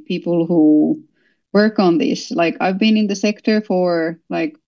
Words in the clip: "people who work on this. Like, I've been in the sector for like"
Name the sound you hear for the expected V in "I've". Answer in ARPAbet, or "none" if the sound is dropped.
V